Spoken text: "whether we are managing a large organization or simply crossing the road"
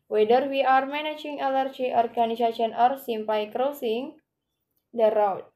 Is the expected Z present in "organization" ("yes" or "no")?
no